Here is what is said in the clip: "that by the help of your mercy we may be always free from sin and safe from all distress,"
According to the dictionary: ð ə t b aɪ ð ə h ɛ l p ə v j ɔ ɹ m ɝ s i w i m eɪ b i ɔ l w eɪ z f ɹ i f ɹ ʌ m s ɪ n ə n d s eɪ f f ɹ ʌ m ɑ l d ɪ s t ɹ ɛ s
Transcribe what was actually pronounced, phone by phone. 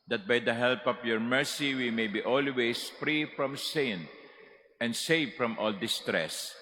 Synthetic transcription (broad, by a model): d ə t b aɪ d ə h ɛ l p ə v j ɔ ɹ m ɝ s i w i m eɪ b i ɔ l w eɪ s f ɹ i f ɹ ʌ m s ɪ n ə n d s eɪ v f ɹ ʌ m ɑ l d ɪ s t ɹ ɛ s